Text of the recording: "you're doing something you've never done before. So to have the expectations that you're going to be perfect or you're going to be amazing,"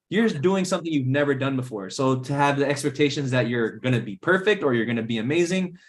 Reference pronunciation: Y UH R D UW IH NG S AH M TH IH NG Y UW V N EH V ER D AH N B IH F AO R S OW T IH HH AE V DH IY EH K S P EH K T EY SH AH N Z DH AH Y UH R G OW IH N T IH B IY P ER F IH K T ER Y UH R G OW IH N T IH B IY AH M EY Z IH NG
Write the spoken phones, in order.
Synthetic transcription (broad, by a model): Y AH R D UW IH NG S AH M TH IH NG Y UW V N EH V ER D AH N B IH F AO R S OW T IH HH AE V DH IY EH K S P EH K T EY SH AH N Z DH AH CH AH R G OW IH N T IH B IY P ER F IH K T ER Y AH R G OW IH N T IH B IY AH M EY Z IH NG